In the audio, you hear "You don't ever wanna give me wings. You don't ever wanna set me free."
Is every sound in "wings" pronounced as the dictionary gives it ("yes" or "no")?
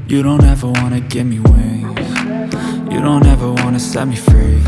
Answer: no